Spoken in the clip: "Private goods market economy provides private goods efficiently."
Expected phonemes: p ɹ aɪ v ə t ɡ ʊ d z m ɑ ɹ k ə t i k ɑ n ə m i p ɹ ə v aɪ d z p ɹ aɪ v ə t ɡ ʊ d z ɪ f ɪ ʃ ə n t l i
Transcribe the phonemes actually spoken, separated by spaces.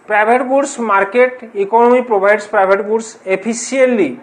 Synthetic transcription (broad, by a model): p ɹ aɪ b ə t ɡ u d s m ɑ ɹ k ə t i k ɑ n ə m i p ɹ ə b aɪ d s p ɹ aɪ b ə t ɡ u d s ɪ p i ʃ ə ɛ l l i